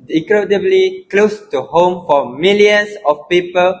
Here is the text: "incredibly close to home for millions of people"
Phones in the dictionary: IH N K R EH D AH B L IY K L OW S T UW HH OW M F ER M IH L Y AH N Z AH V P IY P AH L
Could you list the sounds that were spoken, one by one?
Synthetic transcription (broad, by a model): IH K R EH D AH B L IY K L OW S T UW HH OW M F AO M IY L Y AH N S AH F P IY P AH L